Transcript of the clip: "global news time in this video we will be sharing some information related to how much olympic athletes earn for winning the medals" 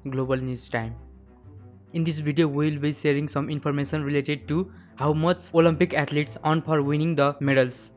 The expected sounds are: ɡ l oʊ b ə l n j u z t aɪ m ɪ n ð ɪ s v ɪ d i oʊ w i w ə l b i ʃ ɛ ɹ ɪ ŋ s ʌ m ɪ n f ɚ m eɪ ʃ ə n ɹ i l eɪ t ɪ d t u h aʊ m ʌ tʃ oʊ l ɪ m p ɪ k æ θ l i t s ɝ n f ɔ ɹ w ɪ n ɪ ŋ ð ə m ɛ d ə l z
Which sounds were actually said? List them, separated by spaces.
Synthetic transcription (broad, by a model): ɡ l oʊ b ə l n j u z t aɪ m ɪ n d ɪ s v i d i oʊ w i w ə l b i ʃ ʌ ɹ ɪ ŋ s ʌ m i n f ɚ m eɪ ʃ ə n ɹ i l eɪ t ɪ d t u h aʊ m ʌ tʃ oʊ l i m p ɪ k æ t l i t s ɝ n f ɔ ɹ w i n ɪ ŋ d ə m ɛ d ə l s